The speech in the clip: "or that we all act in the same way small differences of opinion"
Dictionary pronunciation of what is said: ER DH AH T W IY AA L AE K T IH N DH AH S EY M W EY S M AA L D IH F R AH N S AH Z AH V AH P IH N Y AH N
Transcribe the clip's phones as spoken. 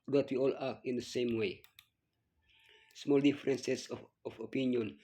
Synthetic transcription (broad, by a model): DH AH T W IY AA L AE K IH N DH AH S EY M W EY S M AA L D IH F R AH N S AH S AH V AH P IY N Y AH N